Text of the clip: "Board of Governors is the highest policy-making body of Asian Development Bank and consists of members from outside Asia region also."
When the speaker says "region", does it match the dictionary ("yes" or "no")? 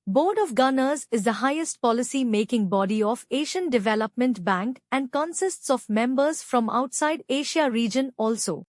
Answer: yes